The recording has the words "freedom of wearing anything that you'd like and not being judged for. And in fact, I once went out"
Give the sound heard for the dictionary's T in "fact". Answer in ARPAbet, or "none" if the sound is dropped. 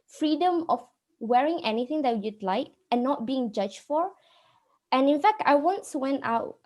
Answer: T